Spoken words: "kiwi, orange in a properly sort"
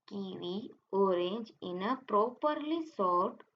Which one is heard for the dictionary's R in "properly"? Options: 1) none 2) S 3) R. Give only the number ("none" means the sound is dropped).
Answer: 3